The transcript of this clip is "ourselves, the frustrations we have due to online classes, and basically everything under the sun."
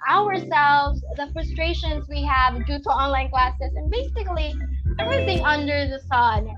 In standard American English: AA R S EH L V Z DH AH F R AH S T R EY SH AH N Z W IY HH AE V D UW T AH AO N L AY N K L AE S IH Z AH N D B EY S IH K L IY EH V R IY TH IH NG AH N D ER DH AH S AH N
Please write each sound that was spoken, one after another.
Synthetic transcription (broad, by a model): AA R S EH L V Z DH AH F R AH S T R EY SH AH N Z W IY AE V D UW T AH AO N L AY N K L AE S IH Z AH N B EY S IH K L IY EH V R IY TH IH NG AH N D ER DH AH S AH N